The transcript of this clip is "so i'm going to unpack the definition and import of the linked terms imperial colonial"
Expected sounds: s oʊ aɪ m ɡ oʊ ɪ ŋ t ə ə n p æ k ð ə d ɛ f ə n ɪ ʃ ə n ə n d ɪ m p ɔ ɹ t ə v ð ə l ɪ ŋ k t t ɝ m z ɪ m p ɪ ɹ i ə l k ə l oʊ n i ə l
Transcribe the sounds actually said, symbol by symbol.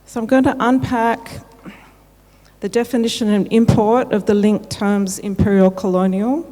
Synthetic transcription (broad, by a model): s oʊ aɪ m ɡ oʊ ɪ ŋ t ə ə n p æ k ð ə d ɛ f ə n ɪ ʃ ə n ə n ɪ m p ɔ ɹ t ə v ð ə l ɪ ŋ k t t ɝ m z ɪ m p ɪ ɹ i l k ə l oʊ n i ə l